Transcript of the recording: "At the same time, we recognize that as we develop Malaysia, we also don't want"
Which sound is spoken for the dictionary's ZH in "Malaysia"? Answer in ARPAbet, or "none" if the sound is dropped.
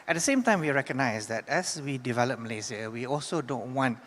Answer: Z